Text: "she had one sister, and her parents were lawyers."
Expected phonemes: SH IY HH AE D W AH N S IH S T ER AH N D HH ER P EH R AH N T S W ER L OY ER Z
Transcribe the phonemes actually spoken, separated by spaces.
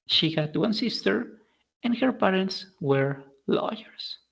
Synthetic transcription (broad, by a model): SH IY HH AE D W AH N S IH S T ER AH N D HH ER P EH R AH N T S W ER L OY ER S